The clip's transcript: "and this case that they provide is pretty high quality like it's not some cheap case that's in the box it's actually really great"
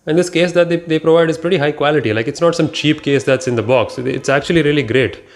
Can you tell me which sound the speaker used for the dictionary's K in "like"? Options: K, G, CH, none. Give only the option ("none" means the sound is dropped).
K